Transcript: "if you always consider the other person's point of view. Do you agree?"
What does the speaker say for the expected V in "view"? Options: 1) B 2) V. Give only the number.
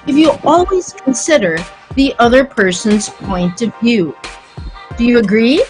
2